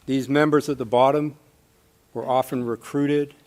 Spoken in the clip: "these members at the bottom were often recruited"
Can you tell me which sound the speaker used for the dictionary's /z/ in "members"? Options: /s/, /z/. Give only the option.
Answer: /z/